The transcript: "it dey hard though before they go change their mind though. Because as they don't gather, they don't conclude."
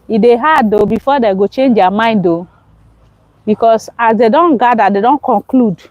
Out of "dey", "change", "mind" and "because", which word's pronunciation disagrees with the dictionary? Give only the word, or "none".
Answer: because